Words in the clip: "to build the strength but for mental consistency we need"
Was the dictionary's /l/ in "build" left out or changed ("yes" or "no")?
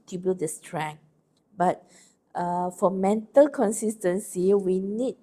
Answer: yes